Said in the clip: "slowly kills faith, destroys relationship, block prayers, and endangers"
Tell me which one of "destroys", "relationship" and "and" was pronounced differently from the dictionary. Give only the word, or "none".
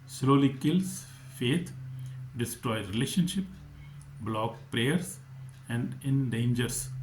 destroys